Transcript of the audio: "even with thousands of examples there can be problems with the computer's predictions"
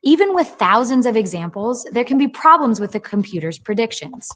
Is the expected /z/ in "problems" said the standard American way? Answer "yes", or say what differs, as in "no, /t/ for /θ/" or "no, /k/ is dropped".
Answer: yes